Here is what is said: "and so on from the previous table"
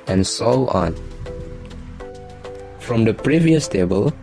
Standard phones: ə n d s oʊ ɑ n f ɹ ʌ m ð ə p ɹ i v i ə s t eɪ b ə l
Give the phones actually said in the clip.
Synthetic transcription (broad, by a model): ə n s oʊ ɑ n f ɹ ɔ m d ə p ɹ i v i ə s t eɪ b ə l